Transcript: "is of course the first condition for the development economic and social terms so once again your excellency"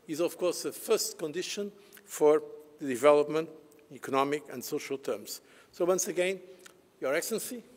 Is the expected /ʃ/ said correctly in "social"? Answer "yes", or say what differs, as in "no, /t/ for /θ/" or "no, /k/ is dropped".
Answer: yes